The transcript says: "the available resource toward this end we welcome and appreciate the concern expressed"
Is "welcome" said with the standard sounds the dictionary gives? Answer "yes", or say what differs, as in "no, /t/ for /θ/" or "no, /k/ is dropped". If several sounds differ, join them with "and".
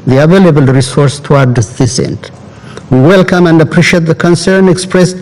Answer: yes